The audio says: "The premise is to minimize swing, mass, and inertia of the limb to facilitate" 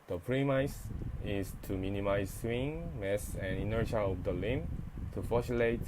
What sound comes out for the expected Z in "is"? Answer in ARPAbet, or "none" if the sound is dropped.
S